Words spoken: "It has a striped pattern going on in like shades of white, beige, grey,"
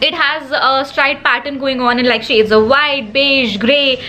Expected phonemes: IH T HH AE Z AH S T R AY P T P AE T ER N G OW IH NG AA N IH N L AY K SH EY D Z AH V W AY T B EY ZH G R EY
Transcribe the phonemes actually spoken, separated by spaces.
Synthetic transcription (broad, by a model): IH T HH AE Z AH S T R AY T P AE T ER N G OW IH NG AA N IH N L AY K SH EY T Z AH V AY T B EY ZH G R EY